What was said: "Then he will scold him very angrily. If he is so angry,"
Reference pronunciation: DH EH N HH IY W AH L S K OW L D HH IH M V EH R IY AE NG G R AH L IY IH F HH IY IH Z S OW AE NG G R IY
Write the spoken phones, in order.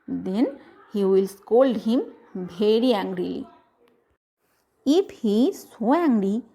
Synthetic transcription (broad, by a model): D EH N HH IY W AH L S K OW L D HH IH M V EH R IY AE NG G R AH L IY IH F HH IY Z S OW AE NG G R IY